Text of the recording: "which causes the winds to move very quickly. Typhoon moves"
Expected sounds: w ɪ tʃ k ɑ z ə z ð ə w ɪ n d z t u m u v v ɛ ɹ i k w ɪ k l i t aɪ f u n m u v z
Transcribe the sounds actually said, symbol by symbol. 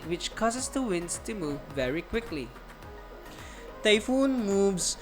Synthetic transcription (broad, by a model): w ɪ tʃ k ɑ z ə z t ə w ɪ n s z t u m u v v ɛ ɹ i k w ɪ k l i t aɪ f u n m u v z